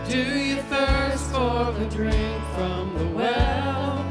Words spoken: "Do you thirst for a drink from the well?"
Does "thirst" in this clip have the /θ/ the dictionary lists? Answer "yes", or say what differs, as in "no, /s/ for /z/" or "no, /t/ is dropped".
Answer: yes